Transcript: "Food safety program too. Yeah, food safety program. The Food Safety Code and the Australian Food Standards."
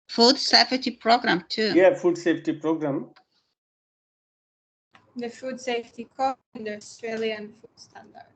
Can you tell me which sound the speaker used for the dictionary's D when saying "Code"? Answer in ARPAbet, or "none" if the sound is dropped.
none